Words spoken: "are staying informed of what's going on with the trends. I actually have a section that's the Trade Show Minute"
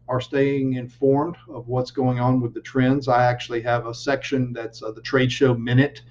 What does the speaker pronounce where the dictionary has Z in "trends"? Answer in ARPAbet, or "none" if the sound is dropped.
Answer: Z